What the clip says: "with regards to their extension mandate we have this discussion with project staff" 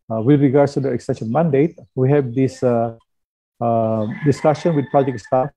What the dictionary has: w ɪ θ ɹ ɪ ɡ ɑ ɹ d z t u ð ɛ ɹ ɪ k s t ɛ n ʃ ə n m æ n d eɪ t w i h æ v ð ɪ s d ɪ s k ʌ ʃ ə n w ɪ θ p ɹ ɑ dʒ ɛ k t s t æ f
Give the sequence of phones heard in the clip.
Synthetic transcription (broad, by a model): w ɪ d ɹ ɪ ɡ ɑ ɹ d s t u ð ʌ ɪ k s t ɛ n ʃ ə n m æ n d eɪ t w i h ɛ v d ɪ s d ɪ s k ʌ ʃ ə n w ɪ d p ɑ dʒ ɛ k s t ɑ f